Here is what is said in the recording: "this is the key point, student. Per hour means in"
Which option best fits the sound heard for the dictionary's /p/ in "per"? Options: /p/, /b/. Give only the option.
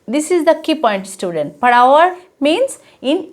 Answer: /b/